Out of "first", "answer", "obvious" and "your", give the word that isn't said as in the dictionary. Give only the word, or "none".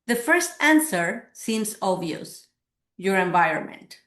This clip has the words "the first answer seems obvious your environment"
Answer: obvious